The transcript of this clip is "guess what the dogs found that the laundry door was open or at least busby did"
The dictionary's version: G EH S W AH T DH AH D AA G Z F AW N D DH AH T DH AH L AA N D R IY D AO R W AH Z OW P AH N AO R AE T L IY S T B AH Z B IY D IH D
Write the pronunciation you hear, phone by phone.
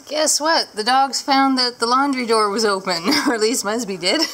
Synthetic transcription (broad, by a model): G EH S W AH T DH AH D AA G Z F AW N DH AH T DH AH L AA N D R IY D AO R W AH Z OW P AH N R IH T L IY S T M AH S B IY D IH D